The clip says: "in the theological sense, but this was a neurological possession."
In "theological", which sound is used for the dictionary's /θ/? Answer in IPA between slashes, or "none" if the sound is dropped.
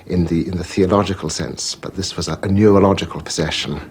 /θ/